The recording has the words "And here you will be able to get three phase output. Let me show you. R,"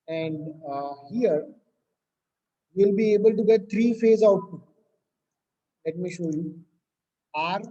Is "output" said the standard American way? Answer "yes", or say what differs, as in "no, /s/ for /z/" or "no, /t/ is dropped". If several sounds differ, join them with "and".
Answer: no, /p/ is dropped